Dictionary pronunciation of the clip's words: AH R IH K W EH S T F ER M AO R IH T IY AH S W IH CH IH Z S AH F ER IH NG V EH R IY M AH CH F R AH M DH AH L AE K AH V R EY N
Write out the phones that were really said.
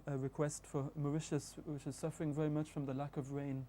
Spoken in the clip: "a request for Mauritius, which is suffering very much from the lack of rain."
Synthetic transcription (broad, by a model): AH R IH K W EH S T F ER M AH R IH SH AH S W IH CH IH Z S AH F ER IH NG V EH R IY M AH CH F R AH M DH AH L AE K AH V R EY N